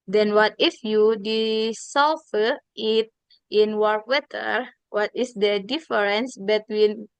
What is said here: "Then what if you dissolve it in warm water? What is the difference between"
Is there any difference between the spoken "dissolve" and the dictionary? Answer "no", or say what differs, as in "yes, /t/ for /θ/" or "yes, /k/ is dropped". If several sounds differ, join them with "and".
yes, /s/ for /z/ and /f/ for /v/